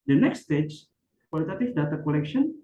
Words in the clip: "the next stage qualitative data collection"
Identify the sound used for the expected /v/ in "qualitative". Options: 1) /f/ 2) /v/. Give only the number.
1